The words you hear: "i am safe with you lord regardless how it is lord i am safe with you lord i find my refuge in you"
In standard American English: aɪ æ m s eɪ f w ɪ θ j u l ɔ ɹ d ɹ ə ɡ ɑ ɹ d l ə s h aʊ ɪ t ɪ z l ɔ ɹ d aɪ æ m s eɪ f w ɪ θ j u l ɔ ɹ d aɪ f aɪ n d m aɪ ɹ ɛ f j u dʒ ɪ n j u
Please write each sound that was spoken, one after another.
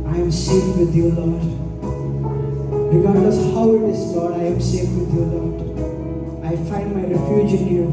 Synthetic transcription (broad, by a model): aɪ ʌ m s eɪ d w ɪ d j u l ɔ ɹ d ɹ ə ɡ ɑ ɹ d ə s h aʊ ɪ t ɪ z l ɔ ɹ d aɪ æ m s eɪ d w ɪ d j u l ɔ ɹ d aɪ f aɪ n d m aɪ ɹ ɛ f j u dʒ ɪ n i